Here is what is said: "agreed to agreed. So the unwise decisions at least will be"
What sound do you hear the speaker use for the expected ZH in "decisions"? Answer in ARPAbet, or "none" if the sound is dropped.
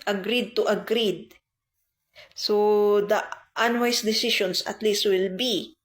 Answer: SH